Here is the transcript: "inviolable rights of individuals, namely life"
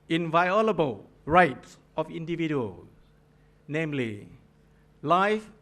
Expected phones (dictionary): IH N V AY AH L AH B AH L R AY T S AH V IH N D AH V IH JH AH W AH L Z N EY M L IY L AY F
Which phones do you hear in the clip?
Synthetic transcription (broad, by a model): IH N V AY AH L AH B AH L R AY T S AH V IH N D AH V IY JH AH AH L N EY M L IY L AY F